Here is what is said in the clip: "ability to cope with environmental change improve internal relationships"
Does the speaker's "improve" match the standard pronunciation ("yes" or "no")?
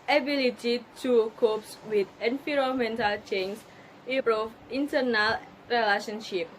no